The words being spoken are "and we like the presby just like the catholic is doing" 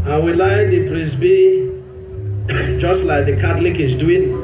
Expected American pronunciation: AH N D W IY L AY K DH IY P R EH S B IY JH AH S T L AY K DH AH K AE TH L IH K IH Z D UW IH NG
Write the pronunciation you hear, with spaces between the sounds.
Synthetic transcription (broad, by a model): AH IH W IY L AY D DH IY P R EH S B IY JH AH S T L AY K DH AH K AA T L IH K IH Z D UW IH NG